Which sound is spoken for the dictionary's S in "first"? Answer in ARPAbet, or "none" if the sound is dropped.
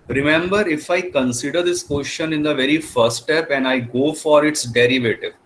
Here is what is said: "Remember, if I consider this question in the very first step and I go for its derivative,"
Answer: none